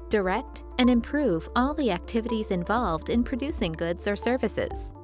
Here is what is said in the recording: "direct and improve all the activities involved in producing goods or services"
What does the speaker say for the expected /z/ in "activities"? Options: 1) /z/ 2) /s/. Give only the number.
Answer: 1